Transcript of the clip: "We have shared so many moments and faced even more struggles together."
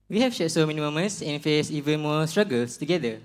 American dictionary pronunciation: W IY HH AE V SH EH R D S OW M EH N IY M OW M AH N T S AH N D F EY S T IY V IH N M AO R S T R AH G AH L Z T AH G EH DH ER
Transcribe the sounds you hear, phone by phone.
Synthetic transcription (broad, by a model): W IY HH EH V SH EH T S OW M EH N IY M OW M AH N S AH N F EY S IY V IH N M AO S T R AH G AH L S T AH G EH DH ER